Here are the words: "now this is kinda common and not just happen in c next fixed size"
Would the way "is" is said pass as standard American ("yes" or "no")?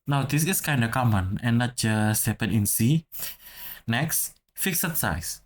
no